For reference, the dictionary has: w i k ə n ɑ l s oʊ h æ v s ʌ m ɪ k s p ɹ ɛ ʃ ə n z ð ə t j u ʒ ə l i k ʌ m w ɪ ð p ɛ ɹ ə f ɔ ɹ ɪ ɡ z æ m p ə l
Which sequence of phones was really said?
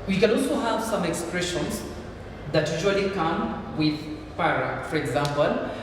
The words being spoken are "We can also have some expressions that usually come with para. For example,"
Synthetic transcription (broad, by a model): w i k ə n ɑ l s oʊ h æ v s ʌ m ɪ k s p ɹ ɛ ʃ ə n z ð ə t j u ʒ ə l i k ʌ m w ɪ ð f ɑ ɹ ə f ɔ ɹ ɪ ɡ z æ m p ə l